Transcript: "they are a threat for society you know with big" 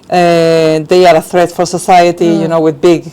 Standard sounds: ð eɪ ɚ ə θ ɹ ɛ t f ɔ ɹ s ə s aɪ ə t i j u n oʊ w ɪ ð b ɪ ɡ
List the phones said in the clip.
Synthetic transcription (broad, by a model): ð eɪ ɚ ə θ ɹ ɛ t f ɔ ɹ s ə s aɪ ə t i j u n oʊ w ɪ ð b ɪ ɡ